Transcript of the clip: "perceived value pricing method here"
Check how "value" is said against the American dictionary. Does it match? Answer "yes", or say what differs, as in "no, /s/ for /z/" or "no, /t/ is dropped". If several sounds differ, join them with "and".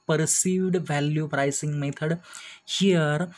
yes